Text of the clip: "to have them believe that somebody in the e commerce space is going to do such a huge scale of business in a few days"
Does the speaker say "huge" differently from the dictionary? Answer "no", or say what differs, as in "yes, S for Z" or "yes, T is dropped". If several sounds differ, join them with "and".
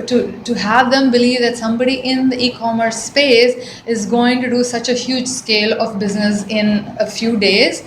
no